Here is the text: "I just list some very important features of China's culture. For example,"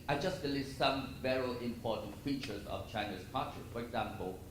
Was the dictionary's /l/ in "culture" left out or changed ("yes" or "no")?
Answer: yes